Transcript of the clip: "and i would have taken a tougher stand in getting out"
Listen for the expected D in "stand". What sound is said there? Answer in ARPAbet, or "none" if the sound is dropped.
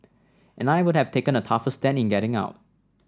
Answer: none